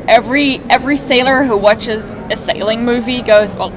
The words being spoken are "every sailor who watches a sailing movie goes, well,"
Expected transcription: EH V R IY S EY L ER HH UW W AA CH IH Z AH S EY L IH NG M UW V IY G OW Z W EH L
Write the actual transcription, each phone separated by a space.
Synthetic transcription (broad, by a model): EH V R IY S EY L ER HH UW W AA CH IH Z AH S EY L IH NG M UW V IY G OW Z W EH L